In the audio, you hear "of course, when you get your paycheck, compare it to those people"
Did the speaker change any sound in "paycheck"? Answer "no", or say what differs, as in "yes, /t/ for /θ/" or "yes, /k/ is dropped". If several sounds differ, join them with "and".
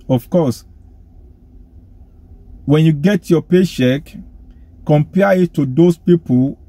yes, /ʃ/ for /tʃ/